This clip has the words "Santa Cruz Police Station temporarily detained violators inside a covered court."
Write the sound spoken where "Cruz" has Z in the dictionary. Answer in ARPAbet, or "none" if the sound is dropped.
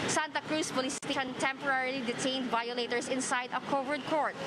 S